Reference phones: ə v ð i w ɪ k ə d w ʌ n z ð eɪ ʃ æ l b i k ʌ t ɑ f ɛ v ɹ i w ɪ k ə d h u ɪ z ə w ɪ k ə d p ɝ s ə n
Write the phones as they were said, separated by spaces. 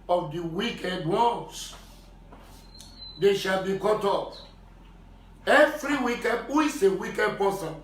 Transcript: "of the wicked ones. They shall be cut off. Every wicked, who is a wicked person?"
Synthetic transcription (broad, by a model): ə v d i w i k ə d w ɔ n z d eɪ ʃ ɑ l b i k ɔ t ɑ p ɛ v ɹ i w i k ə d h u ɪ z ə w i k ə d p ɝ s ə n